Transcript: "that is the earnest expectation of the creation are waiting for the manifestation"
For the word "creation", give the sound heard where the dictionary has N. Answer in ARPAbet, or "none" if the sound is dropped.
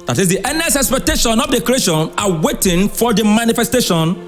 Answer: N